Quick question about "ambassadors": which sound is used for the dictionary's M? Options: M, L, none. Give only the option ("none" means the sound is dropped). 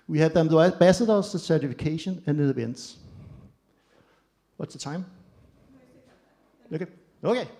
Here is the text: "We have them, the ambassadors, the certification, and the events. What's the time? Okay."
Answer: none